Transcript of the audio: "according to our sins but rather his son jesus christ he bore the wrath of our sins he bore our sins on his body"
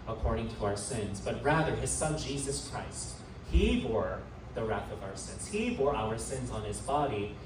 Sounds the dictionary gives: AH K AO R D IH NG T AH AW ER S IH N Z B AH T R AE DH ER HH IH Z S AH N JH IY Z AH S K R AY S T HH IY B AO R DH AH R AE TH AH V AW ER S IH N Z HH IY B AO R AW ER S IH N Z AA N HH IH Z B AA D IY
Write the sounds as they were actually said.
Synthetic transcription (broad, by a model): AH K AO R D IH NG T AH AW ER S IH N Z B AH T R AE DH ER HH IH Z S AH N JH IY Z AH S K R AY S T HH IY B AO R DH AH R AE TH AH V AW ER S IH N Z HH IY B AO R AW ER S IH N Z N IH Z B AA D IY